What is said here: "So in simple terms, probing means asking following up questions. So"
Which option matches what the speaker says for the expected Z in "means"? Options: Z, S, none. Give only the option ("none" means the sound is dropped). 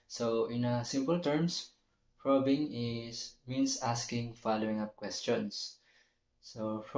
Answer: S